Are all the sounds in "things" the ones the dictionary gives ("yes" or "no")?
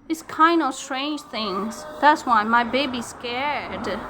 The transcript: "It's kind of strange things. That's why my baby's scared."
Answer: yes